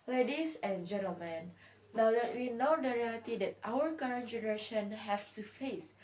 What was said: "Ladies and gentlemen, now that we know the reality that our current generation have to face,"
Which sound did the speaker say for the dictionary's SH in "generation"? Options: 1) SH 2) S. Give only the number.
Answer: 1